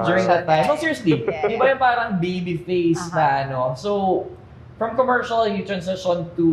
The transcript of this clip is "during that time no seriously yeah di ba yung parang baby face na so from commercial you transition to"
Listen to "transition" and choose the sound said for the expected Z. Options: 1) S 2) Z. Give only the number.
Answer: 1